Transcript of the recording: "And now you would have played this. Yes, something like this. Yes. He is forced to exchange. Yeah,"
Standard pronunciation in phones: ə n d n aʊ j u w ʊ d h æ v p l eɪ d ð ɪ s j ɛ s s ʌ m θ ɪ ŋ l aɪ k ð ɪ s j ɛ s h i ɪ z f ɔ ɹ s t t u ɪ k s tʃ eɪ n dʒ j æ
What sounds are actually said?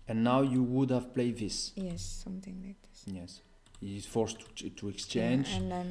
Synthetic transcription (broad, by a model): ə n n aʊ j u w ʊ d h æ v p l eɪ d ð ɪ s j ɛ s s ʌ m θ ɪ ŋ l aɪ k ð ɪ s j ɛ s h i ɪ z f ɔ ɹ s t t u ɪ k s tʃ eɪ n dʒ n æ